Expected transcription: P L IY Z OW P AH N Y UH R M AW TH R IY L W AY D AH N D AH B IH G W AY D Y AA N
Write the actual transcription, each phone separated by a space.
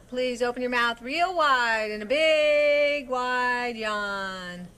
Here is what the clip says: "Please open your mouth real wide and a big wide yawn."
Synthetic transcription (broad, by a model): P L IY Z OW P AH N Y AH R M AW TH R IY L W AY D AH N AH B IH G W AY D Y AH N